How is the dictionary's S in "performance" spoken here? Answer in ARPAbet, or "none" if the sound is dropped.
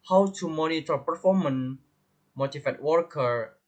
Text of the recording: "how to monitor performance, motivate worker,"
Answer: none